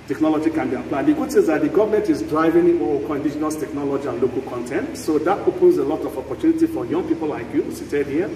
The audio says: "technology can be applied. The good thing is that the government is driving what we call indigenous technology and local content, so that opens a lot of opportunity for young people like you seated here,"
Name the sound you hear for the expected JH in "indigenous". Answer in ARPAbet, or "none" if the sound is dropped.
SH